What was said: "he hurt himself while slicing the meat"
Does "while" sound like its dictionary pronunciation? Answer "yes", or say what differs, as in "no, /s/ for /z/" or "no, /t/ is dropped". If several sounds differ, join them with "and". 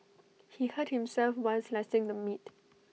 no, /n/ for /l/